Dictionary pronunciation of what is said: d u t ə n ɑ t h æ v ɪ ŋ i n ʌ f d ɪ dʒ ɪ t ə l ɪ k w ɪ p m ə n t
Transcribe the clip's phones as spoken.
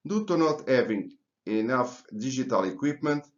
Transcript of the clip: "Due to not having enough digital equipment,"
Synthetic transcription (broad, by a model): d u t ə n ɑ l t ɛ v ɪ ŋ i n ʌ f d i ʒ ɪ t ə l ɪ k w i p m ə n t